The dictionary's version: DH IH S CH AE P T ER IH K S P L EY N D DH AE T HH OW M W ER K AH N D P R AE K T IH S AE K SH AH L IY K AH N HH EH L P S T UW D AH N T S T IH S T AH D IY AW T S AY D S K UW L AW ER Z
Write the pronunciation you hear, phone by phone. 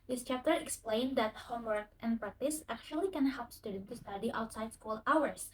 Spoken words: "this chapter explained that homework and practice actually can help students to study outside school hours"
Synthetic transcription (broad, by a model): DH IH S CH AE P T ER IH K S P L EY N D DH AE T HH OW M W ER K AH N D P R AE K T IH S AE K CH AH L IY K AH N HH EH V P S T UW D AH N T T IH S T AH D IY AW T S AY D S K UW L AW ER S